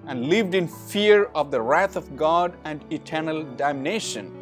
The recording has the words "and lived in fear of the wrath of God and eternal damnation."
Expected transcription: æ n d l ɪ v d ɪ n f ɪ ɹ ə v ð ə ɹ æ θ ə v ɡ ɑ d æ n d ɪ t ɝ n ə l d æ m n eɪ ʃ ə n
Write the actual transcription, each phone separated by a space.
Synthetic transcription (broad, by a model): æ n d l ɪ v d ɪ n f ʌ ɹ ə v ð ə ɹ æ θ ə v ɡ ɑ d æ n d ɪ t ɝ n ə l d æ m n eɪ ʃ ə n